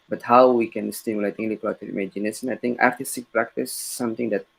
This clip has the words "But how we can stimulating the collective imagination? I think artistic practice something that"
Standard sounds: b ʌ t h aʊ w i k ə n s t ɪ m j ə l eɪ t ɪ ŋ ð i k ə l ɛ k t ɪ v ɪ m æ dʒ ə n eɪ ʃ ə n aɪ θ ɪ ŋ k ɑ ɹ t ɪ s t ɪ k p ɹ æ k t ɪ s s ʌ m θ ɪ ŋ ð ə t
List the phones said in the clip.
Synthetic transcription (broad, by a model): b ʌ t h aʊ w i k ə n s t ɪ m j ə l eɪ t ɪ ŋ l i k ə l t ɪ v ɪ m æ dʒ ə n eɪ s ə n aɪ t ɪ ŋ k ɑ ɹ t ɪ s t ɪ k p ɹ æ k t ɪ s s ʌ m t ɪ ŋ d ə t